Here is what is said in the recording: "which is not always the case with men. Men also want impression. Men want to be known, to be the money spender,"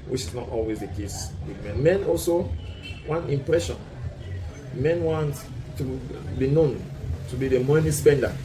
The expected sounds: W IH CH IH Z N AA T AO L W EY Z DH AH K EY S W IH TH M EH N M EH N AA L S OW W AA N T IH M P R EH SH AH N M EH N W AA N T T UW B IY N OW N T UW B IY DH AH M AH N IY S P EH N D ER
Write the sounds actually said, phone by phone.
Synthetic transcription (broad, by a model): W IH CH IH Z N AA T AO L W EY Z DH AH K EY S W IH M EH N M EH N AA L S OW W AA N T IH M P R EH SH AH N M EH N W AA N T T UW B IY N OW N T UW B IY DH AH M AH N IY S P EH N D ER